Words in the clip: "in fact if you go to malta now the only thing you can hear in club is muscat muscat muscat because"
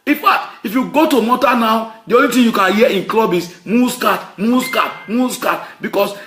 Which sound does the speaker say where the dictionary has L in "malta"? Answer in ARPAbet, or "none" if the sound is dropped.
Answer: none